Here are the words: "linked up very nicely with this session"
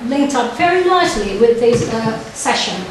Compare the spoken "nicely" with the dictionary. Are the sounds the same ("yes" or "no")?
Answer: no